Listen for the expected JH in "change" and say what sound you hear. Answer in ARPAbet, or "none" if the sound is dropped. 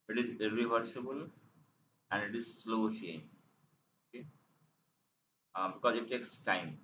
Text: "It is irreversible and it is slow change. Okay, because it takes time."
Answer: none